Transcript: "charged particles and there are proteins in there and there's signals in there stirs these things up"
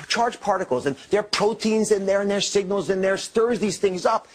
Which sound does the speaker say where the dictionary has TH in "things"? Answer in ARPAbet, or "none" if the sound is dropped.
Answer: TH